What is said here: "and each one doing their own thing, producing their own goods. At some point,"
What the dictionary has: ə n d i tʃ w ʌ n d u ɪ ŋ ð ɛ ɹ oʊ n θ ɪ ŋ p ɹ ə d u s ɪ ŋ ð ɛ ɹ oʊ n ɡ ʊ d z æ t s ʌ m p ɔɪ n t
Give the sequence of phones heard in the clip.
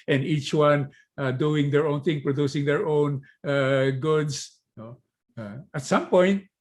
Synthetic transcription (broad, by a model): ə n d i tʃ w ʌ n d u ɪ ŋ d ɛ ɹ oʊ n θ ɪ ŋ p ɹ ə d u s ɪ ŋ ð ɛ ɹ oʊ n ɡ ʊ d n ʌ t s ʌ m p ɔɪ n t